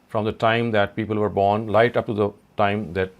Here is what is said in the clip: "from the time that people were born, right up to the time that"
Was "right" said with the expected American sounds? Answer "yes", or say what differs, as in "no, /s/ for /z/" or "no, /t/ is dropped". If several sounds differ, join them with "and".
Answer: no, /l/ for /ɹ/